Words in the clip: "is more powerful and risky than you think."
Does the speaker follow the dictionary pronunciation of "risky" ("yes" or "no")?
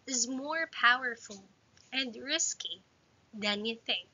yes